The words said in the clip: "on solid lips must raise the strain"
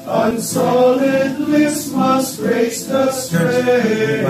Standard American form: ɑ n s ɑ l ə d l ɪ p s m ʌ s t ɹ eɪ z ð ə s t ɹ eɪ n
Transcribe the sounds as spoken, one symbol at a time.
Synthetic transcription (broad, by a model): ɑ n s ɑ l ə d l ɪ s m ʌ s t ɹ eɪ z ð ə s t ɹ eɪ